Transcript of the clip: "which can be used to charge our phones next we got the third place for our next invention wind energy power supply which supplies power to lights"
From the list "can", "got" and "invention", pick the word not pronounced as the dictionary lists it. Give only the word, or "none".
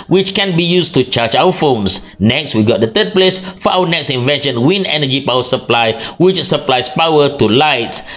none